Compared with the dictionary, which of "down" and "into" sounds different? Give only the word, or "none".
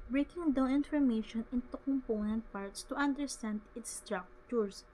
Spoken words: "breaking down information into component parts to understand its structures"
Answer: down